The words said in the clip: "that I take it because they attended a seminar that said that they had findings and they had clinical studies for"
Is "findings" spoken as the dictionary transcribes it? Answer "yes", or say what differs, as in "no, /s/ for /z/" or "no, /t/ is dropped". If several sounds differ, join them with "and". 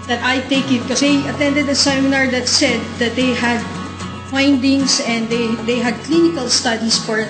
no, /s/ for /z/